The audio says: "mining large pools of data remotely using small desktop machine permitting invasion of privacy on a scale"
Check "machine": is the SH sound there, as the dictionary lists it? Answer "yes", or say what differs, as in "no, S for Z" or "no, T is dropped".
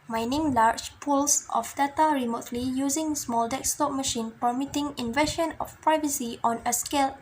yes